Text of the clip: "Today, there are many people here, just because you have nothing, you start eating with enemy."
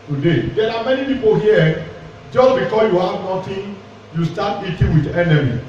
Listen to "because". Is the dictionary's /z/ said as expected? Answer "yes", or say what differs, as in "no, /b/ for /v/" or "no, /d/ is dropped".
no, /z/ is dropped